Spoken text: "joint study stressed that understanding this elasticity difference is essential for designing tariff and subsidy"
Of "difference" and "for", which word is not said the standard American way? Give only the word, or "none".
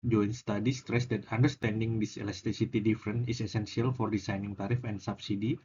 difference